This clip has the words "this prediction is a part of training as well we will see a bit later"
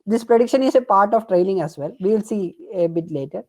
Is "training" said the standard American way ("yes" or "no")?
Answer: no